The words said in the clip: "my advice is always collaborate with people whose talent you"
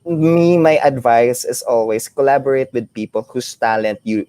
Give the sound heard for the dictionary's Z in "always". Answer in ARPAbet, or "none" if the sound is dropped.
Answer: S